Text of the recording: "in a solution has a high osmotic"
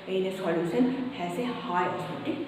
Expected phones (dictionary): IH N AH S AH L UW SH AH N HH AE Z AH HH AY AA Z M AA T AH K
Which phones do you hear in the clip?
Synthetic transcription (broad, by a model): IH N AH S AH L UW S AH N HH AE S AH HH AY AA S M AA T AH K